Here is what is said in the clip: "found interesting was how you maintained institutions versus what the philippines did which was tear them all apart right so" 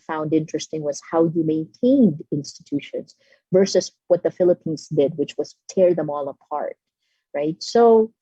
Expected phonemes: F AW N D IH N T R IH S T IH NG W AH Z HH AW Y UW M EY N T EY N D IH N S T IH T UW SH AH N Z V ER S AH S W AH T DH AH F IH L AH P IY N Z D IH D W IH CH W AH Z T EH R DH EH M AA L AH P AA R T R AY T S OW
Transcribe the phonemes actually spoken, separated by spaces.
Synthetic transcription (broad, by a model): F AW N D IH N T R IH S T IH NG W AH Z HH AW Y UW M EY N T EY N D IH N S T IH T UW SH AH N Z V ER S AH S W AH T DH AH F IH L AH P IY N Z D IH D W IH CH W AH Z T EH R DH EH M AA L AH P AA R T R AY T S OW